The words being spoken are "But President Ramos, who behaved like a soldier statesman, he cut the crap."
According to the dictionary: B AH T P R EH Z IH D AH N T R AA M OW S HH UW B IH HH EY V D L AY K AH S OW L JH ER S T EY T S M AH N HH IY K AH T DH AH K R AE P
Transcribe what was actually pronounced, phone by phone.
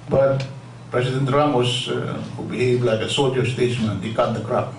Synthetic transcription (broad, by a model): B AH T P R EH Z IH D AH N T R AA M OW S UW B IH HH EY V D L AY K AH S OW JH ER S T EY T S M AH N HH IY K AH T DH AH K R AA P